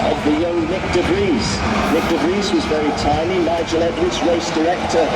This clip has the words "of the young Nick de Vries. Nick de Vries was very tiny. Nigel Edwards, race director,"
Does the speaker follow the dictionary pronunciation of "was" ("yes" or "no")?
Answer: yes